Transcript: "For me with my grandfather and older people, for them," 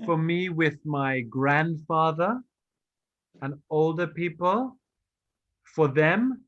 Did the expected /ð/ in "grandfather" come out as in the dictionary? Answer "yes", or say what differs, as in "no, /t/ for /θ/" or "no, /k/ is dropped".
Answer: yes